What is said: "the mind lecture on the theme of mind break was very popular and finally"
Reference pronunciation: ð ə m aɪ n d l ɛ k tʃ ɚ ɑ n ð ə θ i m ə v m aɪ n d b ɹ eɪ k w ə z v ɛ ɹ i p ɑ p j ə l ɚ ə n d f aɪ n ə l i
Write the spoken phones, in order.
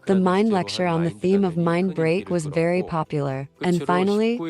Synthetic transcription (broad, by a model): ð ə m aɪ n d l ɛ k tʃ ɚ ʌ n ð ə θ i m ə v m aɪ n b ɹ eɪ k w ə z v ɛ ɹ i p ɑ p j l ɚ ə n f aɪ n l i